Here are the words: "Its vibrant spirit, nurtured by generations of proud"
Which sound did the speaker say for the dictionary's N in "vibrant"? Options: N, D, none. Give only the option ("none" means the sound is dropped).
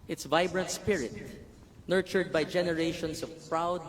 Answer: N